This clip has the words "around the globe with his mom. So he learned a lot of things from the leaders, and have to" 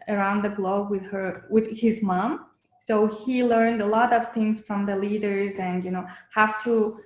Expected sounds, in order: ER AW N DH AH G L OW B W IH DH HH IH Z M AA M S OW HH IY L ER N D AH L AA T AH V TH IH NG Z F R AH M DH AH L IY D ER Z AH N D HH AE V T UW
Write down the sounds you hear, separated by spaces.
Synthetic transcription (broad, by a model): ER AW N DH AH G L OW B W IH DH HH IH Z M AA M S OW HH IY L ER N D AH L AA T AH V TH IH NG Z F R AH M DH AH L IY D ER Z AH N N HH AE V T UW